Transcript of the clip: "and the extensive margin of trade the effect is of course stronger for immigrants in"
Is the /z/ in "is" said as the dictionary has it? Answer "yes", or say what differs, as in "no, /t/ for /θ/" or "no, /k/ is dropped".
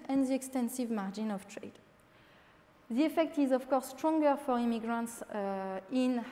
yes